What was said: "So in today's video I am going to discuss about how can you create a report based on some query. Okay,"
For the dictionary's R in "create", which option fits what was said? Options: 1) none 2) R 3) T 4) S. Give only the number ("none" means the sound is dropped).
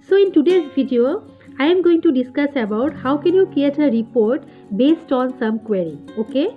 1